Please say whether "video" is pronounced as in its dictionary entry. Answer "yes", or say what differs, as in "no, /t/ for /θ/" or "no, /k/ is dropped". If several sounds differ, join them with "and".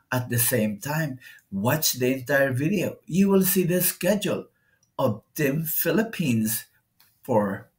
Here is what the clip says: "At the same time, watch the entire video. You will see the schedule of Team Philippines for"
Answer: yes